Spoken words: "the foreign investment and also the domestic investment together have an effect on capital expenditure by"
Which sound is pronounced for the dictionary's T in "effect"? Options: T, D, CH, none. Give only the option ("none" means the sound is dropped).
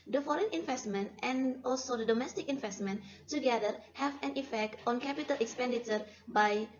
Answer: T